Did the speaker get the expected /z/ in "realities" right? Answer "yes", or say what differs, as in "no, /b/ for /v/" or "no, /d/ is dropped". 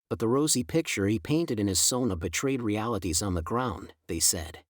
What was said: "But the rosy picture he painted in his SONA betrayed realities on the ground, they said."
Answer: yes